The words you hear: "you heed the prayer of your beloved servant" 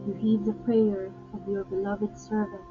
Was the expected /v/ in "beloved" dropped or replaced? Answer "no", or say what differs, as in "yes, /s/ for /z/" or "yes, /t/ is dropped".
no